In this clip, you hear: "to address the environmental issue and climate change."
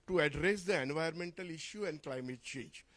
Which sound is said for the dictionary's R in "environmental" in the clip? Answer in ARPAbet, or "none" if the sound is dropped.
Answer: none